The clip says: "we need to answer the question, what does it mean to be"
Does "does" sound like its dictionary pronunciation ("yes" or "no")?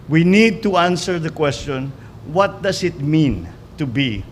no